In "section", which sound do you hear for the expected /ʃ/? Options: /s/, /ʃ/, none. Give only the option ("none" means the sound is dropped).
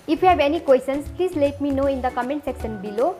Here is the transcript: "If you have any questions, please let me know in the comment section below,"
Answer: /s/